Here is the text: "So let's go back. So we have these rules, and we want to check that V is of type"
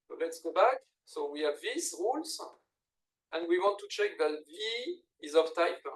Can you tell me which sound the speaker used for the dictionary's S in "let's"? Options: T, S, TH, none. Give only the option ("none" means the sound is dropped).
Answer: S